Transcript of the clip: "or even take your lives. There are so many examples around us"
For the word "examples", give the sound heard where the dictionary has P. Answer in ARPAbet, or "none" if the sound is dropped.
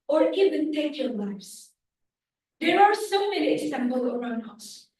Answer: B